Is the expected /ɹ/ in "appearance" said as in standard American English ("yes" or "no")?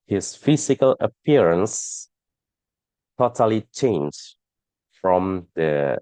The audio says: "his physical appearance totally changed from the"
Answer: yes